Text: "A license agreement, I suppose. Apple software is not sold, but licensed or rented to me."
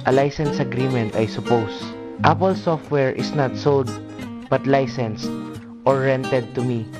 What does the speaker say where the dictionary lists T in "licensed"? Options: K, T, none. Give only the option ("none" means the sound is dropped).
T